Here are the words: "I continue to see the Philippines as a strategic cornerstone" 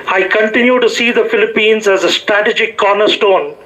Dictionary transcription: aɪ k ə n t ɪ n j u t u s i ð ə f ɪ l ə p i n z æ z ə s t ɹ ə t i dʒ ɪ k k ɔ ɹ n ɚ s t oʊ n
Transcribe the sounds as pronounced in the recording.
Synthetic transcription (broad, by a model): aɪ k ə n t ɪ n j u t u s i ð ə f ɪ l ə p i n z æ z ə s t ɹ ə t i dʒ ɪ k k ɔ ɹ n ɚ s t oʊ n